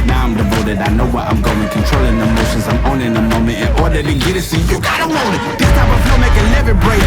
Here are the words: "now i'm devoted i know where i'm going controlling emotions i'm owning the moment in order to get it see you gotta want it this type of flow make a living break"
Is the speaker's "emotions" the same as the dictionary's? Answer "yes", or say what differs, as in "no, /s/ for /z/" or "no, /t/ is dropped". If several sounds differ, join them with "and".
yes